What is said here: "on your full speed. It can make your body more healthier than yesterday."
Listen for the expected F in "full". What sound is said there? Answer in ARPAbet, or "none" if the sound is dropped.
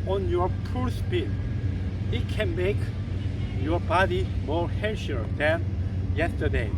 P